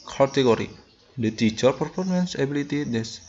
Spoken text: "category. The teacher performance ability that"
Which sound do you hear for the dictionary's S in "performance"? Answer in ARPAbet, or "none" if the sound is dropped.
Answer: S